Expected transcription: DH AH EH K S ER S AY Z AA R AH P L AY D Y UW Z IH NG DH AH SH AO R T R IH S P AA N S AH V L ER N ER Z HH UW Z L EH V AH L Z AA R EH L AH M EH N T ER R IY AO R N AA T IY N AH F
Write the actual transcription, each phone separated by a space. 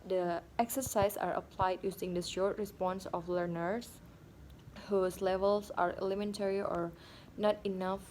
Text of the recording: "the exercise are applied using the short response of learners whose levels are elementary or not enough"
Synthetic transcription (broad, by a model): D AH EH K S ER S AY S AA R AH P L AY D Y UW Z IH NG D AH SH AO R T R IH S P AA N S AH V L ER N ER S HH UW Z L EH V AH L S AA R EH L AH M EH N T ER R IY AO R N AA T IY N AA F